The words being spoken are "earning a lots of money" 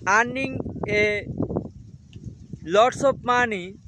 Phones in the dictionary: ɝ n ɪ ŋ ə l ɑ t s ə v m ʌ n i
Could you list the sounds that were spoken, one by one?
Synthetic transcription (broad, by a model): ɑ n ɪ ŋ ə l ɑ t s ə p m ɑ n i